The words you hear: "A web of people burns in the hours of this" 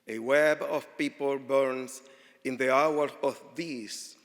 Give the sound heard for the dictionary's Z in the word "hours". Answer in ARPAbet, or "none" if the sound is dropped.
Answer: none